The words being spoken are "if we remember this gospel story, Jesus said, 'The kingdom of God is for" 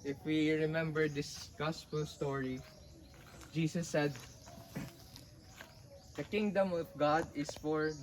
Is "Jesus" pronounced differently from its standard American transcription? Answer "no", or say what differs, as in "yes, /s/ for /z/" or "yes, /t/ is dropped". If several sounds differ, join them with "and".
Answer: yes, /s/ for /z/